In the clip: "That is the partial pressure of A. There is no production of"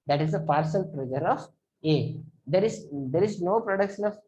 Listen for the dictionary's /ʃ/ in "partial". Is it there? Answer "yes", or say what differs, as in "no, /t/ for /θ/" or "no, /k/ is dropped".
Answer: no, /s/ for /ʃ/